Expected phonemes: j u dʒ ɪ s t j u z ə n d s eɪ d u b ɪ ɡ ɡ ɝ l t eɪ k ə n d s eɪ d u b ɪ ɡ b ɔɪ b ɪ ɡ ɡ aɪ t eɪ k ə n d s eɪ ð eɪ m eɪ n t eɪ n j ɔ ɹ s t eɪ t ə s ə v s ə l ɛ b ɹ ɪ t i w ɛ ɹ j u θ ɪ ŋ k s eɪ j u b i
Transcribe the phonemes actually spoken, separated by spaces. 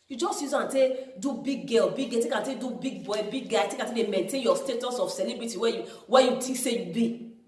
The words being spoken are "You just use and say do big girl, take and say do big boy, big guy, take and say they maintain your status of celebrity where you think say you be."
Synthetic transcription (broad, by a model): j u dʒ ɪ s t j u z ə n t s eɪ d u b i ɡ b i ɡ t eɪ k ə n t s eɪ d u b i ɡ b ɔɪ b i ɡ ɡ aɪ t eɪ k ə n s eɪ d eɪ m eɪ n t eɪ n j ɔ s t eɪ t ə s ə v s ə l ɛ b ɹ ɪ t i w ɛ w j u t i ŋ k s eɪ j u b i